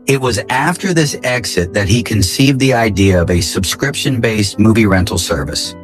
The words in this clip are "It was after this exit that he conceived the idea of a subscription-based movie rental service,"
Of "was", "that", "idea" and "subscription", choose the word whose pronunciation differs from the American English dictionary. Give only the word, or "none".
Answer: none